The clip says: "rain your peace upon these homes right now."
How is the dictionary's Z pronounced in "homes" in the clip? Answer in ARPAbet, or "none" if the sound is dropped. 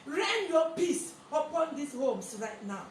S